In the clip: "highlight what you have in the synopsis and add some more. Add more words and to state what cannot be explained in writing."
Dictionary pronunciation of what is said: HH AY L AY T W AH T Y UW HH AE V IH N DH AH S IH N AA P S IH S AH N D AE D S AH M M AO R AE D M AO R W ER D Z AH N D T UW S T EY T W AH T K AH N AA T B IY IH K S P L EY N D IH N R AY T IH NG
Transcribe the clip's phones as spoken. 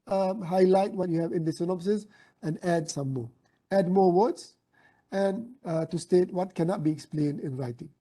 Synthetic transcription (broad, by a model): HH AY L AY T W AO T Y UW HH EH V IH N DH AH S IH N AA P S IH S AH N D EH D S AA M M AO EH D M AO W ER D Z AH N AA T UW S T EY T W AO T K AH N AA T B IY IH K S P L EY N D IH N R AY T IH NG